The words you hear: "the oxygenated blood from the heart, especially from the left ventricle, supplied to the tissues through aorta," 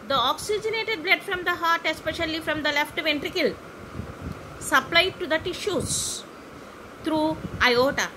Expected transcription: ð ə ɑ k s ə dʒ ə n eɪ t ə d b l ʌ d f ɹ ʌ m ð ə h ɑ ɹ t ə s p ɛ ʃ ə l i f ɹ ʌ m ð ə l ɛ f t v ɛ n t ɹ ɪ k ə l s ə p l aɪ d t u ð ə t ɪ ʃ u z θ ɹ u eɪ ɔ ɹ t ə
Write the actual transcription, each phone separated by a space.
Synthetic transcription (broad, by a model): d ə ɑ k s ə dʒ ə n eɪ t ə d b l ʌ d f ɹ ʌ m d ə h ɑ ɹ t ə s p ɛ ʃ ə l i f ɹ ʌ m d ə l ɛ f t v ɛ n t ɹ ɪ k ə l s ə p l aɪ d t u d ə t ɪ ʃ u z t ɹ u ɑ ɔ t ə